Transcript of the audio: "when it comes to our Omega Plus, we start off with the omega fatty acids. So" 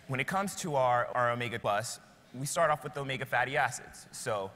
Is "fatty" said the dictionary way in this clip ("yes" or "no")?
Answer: yes